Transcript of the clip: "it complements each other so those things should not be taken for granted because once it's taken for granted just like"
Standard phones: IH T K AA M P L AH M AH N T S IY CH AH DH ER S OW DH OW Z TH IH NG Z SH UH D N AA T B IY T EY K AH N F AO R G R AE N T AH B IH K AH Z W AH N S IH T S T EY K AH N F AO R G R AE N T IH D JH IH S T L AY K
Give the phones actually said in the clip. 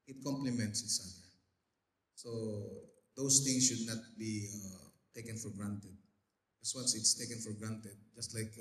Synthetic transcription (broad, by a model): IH T K AA M P L AH M AH N T S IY S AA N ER S OW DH OW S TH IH NG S SH UH D N AA T B IY T EY K AH N F AO R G R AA N T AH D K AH S W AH N S IH T S T EY K AH N F AO R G R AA N T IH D JH IH S T L AY K